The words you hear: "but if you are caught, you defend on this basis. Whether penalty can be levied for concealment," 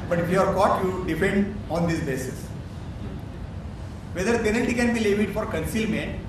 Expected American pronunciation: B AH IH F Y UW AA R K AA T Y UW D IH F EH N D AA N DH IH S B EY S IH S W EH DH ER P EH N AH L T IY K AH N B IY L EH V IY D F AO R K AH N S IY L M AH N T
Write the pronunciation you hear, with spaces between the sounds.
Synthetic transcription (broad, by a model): B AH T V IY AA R K AA T Y UW D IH P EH N D AA N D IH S B EY S IH S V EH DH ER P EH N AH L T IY K AH N B IY L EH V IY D F AO R K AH N S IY L M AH N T